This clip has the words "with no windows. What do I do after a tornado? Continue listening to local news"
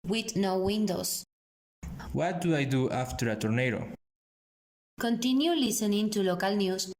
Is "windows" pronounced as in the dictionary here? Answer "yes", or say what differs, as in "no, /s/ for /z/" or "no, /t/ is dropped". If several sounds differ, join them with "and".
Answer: no, /s/ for /z/